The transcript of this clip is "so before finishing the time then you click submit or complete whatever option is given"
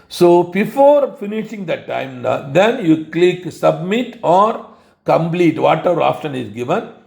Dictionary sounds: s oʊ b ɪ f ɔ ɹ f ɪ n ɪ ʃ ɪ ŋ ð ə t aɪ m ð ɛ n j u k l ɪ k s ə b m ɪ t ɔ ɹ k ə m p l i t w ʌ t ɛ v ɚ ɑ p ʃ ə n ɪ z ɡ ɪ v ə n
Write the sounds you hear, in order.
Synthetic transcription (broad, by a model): s oʊ b ɪ f ɔ ɹ f ɪ n ɪ ʃ ɪ ŋ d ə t aɪ m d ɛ n j u k l ɪ k s ə b m ɪ t ɔ ɹ k ə m p l i t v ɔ t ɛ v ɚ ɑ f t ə n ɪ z ɡ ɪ v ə n